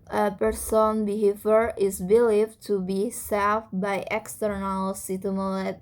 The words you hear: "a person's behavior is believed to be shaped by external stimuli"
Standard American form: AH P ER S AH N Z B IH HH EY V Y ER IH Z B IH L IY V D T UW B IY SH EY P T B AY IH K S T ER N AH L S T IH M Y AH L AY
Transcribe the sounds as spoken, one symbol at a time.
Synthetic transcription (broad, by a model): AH P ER S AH N B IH HH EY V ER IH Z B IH L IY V T UW B IY S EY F B AY IH K S T ER N AH L S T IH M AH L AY